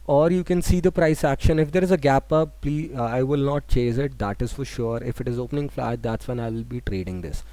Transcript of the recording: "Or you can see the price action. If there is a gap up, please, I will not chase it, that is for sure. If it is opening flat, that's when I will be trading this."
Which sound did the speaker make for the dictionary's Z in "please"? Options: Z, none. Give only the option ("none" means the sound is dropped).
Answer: none